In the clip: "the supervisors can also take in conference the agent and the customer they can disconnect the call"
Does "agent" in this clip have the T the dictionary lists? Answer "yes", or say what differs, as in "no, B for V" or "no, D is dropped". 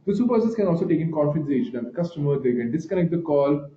no, T is dropped